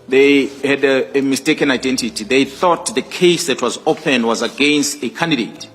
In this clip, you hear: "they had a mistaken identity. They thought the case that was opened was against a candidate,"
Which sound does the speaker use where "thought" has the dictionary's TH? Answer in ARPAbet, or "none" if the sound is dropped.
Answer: TH